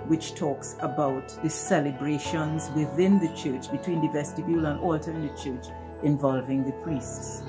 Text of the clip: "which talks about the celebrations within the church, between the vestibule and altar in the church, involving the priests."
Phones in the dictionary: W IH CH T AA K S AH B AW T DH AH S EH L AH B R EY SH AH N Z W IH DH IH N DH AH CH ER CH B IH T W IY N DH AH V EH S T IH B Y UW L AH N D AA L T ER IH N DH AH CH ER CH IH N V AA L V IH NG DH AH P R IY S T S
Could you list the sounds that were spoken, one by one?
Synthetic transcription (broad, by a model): W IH CH T AA K S AH B AW T DH AH S EH L AH B R EY SH AH N Z W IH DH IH N DH AH CH ER CH B IH T W IY N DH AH V EH S T IH B Y UW L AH N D AA L T ER N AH CH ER CH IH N V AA L V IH NG DH AH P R IY S T S